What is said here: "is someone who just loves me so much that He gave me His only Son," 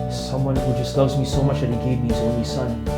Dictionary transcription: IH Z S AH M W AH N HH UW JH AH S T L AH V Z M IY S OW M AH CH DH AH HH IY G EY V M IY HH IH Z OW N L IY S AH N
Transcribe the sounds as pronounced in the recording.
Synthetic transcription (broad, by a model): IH S AH M W AH N HH UW JH AH S T L AH V Z M IY S OW M AH CH DH AH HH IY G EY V M IY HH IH Z OW N L IY S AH N